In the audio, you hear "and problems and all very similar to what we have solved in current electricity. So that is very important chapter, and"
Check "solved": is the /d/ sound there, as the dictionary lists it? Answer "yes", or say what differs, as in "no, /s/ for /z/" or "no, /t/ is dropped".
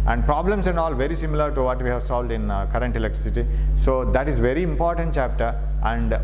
yes